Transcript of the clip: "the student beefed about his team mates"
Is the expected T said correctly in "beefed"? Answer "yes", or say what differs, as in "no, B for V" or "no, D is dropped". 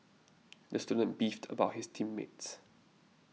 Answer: yes